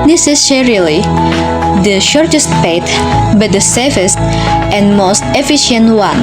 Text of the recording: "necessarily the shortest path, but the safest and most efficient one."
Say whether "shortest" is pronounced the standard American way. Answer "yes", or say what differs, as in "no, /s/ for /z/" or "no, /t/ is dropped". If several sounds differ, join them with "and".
yes